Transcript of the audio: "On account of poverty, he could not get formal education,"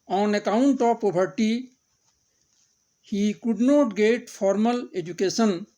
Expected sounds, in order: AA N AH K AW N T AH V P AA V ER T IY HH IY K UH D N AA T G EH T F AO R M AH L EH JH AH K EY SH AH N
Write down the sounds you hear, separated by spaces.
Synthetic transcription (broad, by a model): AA N AH K AW N T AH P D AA B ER T IY HH IY K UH D N AA T G EH T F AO R M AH L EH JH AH K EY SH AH N